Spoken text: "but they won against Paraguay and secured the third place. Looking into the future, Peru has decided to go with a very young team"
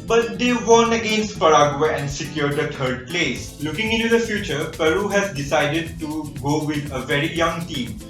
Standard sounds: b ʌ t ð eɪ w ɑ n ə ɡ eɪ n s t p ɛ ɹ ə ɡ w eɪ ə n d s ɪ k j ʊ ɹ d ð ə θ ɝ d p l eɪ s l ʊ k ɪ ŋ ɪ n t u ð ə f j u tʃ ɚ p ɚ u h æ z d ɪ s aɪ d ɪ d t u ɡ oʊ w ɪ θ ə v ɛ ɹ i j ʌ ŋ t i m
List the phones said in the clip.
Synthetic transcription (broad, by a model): b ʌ t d eɪ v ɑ n ə ɡ eɪ n s t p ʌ ɹ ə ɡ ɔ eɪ ə n d s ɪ k j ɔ ɹ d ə t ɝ d p l eɪ s l ʊ k ɪ ŋ ɪ n t u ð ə f j u tʃ ɚ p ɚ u h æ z d ɪ s aɪ d ɪ d t u ɡ oʊ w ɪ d ə v ɛ ɹ i j ʌ ŋ t i m